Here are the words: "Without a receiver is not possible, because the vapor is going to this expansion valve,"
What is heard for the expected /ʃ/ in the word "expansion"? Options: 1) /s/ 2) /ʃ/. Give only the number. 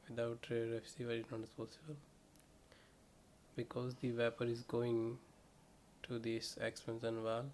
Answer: 1